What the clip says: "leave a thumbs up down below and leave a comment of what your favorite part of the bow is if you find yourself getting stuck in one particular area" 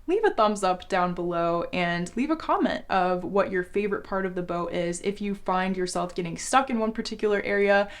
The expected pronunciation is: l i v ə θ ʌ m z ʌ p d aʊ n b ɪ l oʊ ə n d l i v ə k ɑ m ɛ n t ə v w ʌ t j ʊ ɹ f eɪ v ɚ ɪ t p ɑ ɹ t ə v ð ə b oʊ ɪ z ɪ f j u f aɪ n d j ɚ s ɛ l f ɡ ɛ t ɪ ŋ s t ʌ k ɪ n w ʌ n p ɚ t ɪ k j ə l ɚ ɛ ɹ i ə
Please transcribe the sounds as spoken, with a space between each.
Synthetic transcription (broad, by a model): l i v ə θ ʌ m z ʌ p d aʊ n b ɪ l oʊ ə n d l i v ə k ɑ m ɛ n t ə v w ʌ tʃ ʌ ɹ f eɪ v ɚ ɪ t p ɑ ɹ t ə v ð ə b oʊ ɪ z ɪ f j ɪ f aɪ n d j ɚ s ɛ l f ɡ ɛ t ɪ ŋ s t ʌ k ɪ n w ʌ n p ɚ t ɪ k j l ɚ ɛ ɹ i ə